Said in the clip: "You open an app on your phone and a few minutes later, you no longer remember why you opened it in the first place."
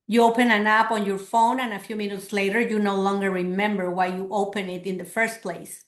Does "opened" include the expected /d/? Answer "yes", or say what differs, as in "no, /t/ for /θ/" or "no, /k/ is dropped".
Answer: no, /d/ is dropped